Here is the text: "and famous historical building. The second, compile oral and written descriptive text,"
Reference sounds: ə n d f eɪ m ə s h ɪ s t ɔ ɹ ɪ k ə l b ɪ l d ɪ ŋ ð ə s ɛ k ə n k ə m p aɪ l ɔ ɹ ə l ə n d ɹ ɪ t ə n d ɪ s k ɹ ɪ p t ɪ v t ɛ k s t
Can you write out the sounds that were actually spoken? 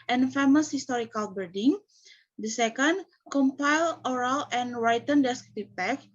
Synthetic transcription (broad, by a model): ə n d f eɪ m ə s h ɪ s t ɔ ɹ ɪ k ə l b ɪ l d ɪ ŋ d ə s ɛ k ə n k ə m p aɪ l ɔ ɹ ə l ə n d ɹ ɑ t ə n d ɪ s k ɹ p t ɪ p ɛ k